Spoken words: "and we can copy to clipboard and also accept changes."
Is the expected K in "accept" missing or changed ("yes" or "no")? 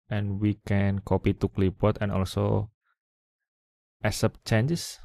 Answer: yes